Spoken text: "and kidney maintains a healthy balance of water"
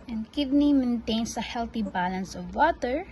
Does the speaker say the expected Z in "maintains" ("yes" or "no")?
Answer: no